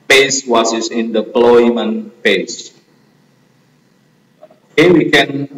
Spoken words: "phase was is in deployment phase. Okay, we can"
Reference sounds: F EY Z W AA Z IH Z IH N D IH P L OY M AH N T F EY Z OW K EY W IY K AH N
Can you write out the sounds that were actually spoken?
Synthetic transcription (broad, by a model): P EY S W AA S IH S IH N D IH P L OY M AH N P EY S OW K EY W IY K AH N